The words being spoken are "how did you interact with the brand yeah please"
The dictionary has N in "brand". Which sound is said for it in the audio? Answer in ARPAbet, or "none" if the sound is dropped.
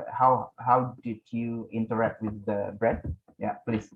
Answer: none